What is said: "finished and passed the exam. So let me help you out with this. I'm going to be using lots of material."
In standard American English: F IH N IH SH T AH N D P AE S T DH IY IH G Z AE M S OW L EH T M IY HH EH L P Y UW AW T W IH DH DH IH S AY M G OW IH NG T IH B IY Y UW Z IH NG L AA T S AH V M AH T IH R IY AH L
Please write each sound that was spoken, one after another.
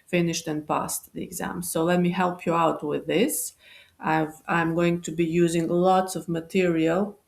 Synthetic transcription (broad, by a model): F IH N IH SH T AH N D P AE S T DH IY IH G Z AE M S OW L EH T M IY HH EH L P Y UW AW T W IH DH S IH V AY M G OW IH NG T IH B IY Y UW Z IH NG L AA T S AH V M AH T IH R IY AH L